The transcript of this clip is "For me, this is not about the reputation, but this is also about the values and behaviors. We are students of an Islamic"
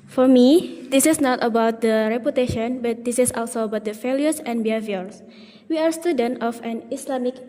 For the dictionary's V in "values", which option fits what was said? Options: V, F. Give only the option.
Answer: F